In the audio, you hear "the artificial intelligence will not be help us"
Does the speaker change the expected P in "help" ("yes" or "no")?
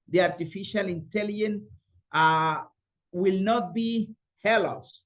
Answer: yes